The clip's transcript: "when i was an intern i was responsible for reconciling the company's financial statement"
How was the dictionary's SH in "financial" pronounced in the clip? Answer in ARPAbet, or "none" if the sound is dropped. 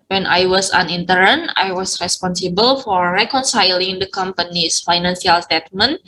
S